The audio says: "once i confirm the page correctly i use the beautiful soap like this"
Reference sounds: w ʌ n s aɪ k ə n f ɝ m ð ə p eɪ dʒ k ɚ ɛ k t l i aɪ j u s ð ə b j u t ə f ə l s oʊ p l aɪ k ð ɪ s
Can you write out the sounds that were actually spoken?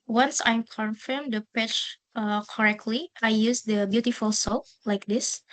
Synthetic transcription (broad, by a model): w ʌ n s aɪ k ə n f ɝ m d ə p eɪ tʃ k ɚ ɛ k t l i aɪ j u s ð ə b j u t ə f ə l s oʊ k l aɪ k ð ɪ s